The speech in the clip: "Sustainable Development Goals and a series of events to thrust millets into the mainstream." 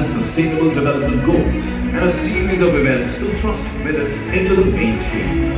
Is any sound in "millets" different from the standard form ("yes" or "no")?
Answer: yes